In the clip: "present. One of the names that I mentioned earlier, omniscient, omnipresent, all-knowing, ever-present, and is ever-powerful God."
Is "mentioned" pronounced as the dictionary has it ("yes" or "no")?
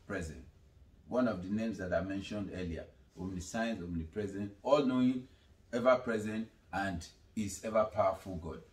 yes